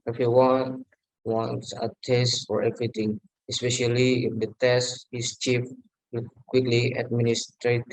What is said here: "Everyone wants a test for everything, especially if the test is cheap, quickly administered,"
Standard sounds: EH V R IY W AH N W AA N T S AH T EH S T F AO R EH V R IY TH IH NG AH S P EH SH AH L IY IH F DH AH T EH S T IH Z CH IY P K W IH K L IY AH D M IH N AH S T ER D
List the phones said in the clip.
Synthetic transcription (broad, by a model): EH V R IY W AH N W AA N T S AH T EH S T F AO R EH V R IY T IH NG AH S P EH SH AH L IY IH F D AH T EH S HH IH S CH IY F K W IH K L IY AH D M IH N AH S T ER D